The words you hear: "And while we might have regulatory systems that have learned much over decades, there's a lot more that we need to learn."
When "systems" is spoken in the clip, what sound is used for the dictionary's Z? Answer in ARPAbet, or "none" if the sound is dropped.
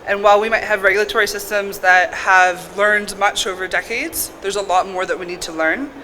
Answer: Z